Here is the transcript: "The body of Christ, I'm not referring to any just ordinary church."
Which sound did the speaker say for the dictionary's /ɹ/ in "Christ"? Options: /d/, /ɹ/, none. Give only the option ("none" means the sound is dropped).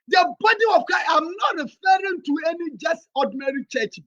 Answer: none